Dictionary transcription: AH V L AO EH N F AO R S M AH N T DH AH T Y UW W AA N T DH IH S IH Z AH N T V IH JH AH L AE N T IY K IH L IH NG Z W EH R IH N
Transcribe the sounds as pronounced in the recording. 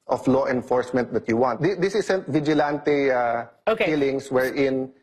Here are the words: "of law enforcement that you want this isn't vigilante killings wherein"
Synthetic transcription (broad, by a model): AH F L AO EH N F AO R S M AH N T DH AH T Y UW W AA N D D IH S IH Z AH N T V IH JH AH L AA N T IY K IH L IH NG S W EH R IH N